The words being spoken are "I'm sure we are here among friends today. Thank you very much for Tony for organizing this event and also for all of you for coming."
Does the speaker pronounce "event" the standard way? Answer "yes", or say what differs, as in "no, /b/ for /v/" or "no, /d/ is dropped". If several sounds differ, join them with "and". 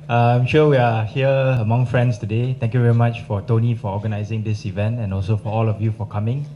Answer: yes